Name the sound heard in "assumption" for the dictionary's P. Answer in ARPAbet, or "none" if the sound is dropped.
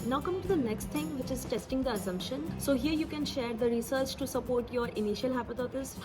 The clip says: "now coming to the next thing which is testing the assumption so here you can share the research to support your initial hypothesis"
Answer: P